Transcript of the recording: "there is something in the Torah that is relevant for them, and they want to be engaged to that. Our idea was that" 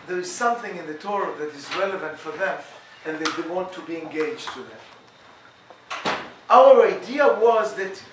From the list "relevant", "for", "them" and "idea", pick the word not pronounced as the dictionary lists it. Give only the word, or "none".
none